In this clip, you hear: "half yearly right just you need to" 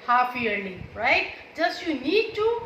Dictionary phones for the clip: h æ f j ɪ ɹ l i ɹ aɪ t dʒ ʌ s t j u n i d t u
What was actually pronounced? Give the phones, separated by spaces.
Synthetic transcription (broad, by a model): h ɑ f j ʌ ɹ n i ɹ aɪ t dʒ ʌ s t j u n i d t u